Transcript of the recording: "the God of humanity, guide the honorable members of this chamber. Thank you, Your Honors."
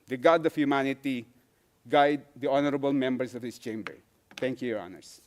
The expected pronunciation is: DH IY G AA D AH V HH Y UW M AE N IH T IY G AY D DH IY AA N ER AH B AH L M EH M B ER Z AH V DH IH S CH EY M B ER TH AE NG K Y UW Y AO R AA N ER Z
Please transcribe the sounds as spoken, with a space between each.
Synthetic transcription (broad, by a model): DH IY G AA D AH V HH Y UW M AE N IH T IY G AY D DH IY AA N ER AH B AH L M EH M B ER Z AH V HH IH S CH EY M B ER T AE NG K Y UW Y AO R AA N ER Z